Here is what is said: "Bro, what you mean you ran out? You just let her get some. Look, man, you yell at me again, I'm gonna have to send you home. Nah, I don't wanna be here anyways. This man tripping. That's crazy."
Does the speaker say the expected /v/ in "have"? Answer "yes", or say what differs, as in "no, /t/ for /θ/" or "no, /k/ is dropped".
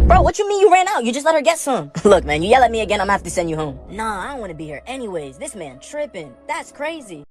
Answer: no, /f/ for /v/